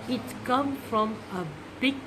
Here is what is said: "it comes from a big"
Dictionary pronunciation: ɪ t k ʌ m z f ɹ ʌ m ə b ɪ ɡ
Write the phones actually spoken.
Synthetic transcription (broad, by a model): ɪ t k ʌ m f ɹ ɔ m ə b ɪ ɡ